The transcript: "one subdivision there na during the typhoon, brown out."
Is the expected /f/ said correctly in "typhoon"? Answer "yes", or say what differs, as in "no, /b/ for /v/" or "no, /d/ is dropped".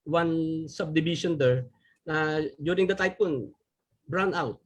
no, /p/ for /f/